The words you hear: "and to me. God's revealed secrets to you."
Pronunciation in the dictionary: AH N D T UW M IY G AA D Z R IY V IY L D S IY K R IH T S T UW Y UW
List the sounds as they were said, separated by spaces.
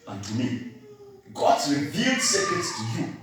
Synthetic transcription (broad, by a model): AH N T UW M IY G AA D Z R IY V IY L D S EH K IH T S T UW Y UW